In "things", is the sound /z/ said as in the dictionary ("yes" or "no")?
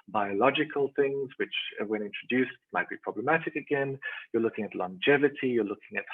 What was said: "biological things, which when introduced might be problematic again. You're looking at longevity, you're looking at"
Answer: yes